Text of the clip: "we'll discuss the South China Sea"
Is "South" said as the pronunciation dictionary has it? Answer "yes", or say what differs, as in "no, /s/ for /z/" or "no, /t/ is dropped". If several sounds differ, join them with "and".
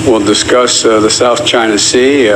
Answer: yes